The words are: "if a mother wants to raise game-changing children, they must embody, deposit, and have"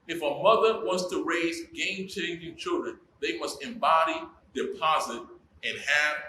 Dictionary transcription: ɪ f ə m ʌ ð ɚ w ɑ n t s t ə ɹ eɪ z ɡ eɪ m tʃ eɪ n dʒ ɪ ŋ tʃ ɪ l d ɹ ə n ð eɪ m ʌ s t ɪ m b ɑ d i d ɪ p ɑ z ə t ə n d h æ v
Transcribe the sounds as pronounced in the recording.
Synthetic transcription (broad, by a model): ɪ f ə m ʌ ð ɚ w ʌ n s t ə ɹ eɪ z ɡ eɪ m tʃ eɪ n dʒ ɪ ŋ tʃ ɪ l d ɹ ə n ð eɪ m ʌ s t ɪ m b ɑ d i d ɪ p ɑ z ə t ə n h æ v